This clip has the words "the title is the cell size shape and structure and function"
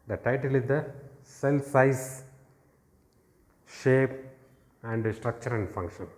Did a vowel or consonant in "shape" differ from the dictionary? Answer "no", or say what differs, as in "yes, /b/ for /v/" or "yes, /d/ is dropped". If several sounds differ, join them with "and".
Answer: no